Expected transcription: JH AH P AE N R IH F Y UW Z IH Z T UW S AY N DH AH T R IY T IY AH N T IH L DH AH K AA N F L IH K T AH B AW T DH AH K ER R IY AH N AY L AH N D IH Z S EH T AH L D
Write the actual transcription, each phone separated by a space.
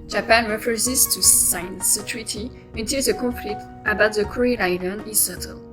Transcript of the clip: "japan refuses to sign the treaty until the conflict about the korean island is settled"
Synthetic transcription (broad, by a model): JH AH P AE N R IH F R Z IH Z T UW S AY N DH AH T R IY T IY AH N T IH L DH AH K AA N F L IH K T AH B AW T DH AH K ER R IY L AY N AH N IH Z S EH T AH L